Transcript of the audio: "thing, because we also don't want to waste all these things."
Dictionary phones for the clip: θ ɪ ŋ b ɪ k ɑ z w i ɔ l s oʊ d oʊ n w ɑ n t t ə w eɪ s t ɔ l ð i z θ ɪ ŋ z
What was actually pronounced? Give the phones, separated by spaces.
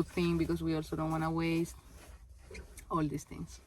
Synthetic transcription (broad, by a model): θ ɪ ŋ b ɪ k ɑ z w i ɔ l s oʊ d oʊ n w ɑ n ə w eɪ s t ɔ l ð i s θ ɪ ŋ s